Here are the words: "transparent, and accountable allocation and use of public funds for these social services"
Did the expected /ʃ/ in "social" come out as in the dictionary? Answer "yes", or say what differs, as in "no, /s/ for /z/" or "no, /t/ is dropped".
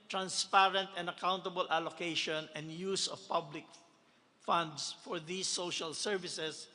yes